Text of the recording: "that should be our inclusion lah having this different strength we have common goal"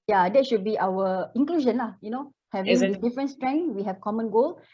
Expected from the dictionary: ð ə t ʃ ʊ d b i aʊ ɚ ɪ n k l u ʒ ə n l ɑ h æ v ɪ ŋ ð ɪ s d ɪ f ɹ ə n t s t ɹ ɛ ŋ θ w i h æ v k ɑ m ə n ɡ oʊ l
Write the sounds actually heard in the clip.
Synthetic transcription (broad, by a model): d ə t ʃ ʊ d b i aʊ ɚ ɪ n k l u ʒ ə n l ɑ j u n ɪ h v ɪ d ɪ f ɹ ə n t s t ɹ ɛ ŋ w i h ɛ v k ɑ m ə n ɡ oʊ l